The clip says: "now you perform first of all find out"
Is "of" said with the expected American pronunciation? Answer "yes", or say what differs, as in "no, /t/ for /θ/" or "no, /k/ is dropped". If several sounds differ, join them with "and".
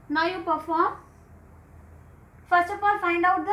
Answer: no, /p/ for /v/